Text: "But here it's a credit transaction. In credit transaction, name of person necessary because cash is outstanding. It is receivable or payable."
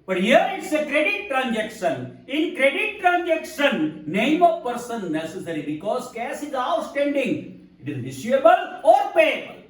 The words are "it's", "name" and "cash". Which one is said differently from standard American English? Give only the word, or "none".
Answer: cash